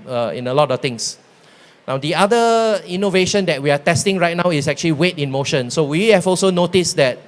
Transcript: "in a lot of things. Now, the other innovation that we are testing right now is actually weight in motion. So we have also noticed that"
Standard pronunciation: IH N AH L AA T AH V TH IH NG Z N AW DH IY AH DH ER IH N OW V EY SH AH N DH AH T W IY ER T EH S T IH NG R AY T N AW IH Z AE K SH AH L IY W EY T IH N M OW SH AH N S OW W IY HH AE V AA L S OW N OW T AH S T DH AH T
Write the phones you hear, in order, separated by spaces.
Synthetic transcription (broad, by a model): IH N AH L AA T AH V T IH NG S N AW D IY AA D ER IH N OW V EY SH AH N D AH T W IY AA T EH S T IH NG R AY T N AW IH S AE K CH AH L IY W EY T IH N M OW SH AH N S OW W IY HH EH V AA L S OW N OW T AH S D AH T